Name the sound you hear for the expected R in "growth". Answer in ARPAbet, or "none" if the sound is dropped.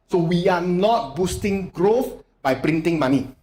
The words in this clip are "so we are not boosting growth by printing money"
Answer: R